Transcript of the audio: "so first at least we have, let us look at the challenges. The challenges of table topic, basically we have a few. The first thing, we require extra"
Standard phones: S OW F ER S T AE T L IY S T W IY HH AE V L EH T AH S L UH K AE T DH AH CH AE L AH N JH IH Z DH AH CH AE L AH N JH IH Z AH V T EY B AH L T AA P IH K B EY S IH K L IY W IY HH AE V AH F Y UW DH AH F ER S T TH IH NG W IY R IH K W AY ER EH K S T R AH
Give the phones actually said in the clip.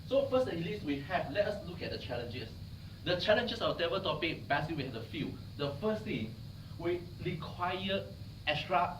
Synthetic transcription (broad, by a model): S OW F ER S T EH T L IY S T W IY HH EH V L EH T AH S L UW K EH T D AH CH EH L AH N JH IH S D AH CH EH L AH N JH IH S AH W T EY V AH T AA P IH K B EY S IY W IY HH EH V AH F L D AH F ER S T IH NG W IY R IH K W AY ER EH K S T R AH